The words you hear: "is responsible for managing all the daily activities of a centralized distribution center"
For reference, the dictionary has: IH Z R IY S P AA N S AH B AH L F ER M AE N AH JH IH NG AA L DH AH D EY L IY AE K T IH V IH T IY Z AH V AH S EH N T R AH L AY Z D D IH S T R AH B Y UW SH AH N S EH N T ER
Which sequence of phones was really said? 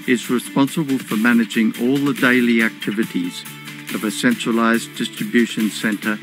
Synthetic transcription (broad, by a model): IH Z R IY S P AA N S AH B AH L F ER M AE N AH JH IH NG AA L DH AH D EY L IY AE K T IH V IH T IY Z AH V AH S EH N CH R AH L AY Z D D IH S T R AH B Y UW SH AH N S EH N T ER